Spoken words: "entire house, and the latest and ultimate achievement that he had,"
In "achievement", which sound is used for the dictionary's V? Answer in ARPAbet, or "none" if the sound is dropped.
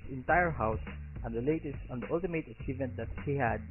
V